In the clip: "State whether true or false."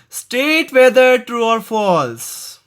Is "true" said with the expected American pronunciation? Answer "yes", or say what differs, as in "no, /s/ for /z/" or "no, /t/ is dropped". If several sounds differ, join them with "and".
yes